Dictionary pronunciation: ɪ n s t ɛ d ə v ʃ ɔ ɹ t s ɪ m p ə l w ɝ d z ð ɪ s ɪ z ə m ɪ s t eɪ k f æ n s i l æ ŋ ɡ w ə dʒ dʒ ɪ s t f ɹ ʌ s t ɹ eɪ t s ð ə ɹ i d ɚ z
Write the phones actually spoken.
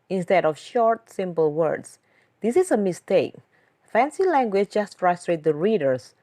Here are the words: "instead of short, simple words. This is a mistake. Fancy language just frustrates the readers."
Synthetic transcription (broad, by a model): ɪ n s t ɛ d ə f ʃ ɔ ɹ t s ɪ m p ə l w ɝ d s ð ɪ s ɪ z ə m ɪ s t eɪ k f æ n s i l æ ŋ ɡ w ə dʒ dʒ ɪ s t f ɹ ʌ s t ɹ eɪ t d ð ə ɹ i d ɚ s